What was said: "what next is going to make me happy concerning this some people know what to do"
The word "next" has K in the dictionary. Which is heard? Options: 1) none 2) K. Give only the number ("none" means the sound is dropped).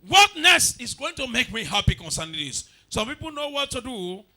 1